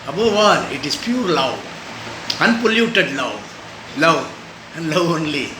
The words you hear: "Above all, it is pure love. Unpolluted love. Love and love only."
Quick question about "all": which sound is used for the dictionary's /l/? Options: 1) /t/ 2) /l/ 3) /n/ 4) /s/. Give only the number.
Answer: 3